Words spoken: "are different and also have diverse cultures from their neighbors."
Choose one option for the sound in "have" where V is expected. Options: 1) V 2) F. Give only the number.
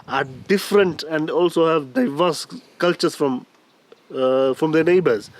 1